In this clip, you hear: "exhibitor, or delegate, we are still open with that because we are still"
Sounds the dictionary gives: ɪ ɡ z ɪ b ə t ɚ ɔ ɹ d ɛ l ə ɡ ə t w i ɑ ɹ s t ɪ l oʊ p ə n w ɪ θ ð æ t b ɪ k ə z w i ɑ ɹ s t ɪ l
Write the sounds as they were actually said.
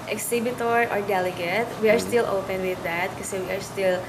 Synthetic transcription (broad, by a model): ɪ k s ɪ b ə t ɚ ɔ ɹ d ɛ l ə ɡ ə t w i ɑ ɹ s t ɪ l oʊ p ə n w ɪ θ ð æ t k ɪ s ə w i ɑ ɹ s t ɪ l